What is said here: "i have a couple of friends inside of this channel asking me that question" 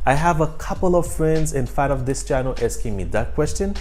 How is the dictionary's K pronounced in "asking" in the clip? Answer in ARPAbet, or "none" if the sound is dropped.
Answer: K